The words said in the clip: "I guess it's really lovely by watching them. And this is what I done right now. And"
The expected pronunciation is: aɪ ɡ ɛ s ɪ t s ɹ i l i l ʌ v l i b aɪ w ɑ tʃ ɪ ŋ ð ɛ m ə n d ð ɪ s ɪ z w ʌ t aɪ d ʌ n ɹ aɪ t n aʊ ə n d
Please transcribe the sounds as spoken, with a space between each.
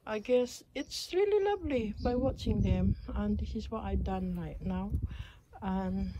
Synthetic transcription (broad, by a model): aɪ ɡ ɛ s ɪ t s ɹ i l i l ʌ v l i b aɪ w ɑ tʃ ɪ ŋ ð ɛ m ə n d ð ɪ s ɪ z w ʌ t aɪ d ʌ n ɹ aɪ t n aʊ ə n